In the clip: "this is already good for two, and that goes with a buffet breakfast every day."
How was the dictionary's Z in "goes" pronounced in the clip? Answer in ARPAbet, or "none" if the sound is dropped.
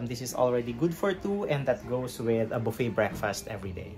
S